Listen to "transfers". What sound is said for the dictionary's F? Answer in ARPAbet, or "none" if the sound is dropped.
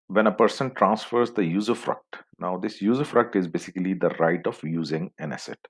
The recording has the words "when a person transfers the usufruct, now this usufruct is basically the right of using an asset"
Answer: F